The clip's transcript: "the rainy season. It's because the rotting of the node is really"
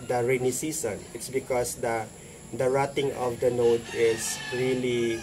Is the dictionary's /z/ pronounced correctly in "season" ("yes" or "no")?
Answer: no